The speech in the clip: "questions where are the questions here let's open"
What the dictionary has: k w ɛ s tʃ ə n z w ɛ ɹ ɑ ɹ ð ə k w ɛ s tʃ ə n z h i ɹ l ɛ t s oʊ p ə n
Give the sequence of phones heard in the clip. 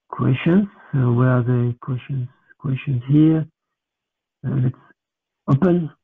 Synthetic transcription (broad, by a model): k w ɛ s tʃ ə n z w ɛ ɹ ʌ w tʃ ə k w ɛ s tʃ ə n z h i ɹ l ɛ t s oʊ p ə n